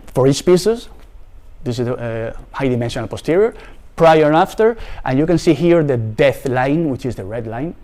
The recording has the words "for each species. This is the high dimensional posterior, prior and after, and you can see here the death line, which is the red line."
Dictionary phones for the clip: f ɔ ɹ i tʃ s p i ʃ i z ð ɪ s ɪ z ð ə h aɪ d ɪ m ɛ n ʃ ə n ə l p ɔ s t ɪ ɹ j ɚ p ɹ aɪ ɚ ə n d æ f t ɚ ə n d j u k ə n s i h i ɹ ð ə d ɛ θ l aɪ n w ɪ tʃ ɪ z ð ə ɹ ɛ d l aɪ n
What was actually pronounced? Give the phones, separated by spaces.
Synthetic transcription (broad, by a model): f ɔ ɹ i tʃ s p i s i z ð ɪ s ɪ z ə h aɪ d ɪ m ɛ n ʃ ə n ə l p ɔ s t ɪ ɹ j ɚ p ɹ aɪ ɚ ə f t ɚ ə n j u k ə n s i h i ɹ ð ə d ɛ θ l aɪ n w ɪ tʃ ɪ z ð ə ɹ ɛ d l aɪ n